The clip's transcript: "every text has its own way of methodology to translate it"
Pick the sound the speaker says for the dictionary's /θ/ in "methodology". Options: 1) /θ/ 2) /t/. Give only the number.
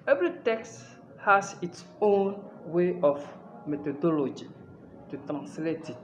2